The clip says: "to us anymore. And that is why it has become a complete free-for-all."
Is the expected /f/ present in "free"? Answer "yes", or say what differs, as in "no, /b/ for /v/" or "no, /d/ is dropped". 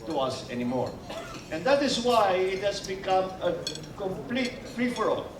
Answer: no, /p/ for /f/